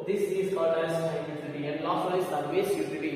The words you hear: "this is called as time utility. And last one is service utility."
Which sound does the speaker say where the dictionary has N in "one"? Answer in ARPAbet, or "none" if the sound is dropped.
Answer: none